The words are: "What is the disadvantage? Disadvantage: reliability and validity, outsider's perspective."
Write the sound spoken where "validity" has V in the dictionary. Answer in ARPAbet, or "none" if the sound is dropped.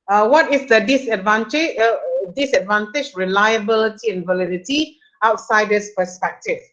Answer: V